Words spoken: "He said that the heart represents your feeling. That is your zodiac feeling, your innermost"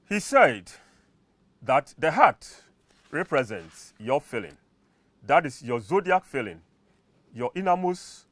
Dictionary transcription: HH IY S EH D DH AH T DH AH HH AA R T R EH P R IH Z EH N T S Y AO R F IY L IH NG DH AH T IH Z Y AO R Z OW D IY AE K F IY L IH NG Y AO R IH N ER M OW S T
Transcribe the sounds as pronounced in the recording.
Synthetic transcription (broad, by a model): HH IY S EH D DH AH T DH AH HH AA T R EH P R IH Z EH N T S Y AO F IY L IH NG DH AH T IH S Y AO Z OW D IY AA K F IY L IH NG Y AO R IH N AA M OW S